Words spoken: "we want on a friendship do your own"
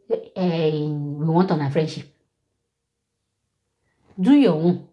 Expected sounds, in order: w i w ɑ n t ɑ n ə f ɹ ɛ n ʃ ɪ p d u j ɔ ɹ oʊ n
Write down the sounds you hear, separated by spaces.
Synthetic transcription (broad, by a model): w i w ɑ n t ɑ n ə f ɹ ɛ n ʃ ɪ p d u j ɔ w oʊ